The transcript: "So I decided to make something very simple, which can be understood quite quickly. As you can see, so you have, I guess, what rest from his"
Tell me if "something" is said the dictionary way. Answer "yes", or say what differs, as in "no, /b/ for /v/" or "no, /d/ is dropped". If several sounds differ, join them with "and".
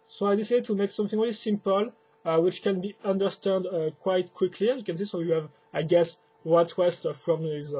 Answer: yes